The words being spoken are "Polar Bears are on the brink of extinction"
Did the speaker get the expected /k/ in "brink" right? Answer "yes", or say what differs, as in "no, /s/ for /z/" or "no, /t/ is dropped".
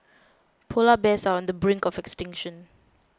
yes